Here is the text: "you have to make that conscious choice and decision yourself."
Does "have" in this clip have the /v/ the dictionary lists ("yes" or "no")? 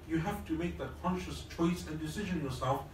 no